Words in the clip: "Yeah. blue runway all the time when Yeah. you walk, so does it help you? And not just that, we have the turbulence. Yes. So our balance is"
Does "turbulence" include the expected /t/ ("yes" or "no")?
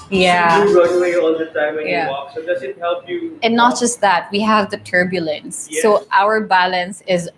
yes